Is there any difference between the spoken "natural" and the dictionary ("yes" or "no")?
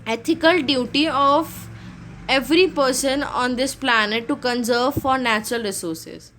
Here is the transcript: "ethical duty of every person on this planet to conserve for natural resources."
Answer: no